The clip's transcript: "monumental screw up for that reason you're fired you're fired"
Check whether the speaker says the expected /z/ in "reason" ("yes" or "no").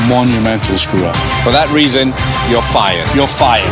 yes